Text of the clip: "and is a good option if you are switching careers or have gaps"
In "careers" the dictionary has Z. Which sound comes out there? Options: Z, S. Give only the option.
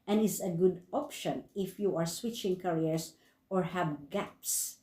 S